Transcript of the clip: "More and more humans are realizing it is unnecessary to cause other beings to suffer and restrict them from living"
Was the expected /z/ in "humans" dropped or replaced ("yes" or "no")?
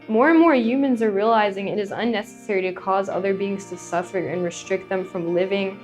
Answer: no